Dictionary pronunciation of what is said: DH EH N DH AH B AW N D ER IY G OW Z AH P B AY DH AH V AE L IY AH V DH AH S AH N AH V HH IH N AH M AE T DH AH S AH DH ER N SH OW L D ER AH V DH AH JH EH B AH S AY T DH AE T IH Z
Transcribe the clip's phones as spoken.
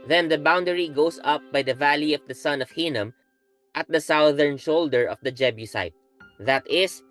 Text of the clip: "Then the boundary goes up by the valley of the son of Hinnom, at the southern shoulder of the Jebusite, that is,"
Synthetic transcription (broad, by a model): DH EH N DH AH B AW N D ER IY G OW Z AH P B AY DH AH V AE L IY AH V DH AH S AH N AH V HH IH N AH M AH T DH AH S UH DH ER N SH OW L D ER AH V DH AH JH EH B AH S AY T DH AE T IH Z